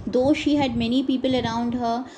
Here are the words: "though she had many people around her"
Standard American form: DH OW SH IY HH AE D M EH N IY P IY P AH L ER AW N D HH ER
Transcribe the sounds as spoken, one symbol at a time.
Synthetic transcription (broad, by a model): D OW SH IY HH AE D M EH N IY P IY P AH L ER AW N D HH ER